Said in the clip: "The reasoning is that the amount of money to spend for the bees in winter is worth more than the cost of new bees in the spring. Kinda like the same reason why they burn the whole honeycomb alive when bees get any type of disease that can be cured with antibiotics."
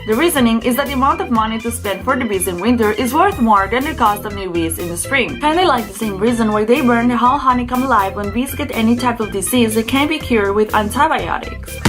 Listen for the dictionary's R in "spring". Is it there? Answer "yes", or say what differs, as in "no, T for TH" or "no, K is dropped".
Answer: yes